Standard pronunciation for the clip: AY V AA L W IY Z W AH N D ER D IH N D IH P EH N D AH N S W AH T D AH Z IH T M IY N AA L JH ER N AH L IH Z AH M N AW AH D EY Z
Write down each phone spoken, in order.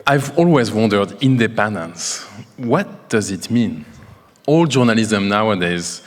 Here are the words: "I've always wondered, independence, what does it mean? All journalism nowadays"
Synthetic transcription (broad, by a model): AY V AA L W IY Z W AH N D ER D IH N D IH P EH N D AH N S W AH T D AH Z IH T M IY N AA L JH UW N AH L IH Z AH M N AW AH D EY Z